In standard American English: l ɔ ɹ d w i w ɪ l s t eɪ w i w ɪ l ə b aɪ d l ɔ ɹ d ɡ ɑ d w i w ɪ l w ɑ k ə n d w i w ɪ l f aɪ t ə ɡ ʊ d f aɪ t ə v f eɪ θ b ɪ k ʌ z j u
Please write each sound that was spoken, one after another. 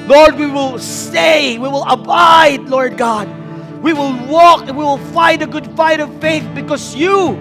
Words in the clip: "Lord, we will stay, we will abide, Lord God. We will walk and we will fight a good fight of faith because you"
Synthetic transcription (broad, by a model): l ɔ ɹ d w i w ɪ l s t eɪ w i w ɪ l ə b aɪ d l ɔ ɹ d ɡ ɑ d w i w ɪ l w ɑ k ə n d w i w ɪ l f aɪ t ə ɡ ʊ d f aɪ t ə v f eɪ θ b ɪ k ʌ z j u